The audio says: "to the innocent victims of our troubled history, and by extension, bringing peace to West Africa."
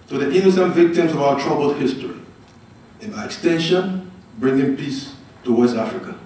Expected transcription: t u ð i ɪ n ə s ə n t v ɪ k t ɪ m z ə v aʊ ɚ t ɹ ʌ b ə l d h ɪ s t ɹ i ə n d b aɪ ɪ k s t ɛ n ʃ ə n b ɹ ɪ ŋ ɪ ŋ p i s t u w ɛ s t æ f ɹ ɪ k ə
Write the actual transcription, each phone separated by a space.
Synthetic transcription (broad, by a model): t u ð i ɪ n ə s ə n t v ɪ k t ɪ m z ə v aʊ ɚ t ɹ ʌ b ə l d h ɪ s t ɹ i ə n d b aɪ ɪ k s t ɛ n ʃ ə n b ɹ ɪ ŋ ɪ ŋ p i s t u w ɛ s t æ f ɹ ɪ k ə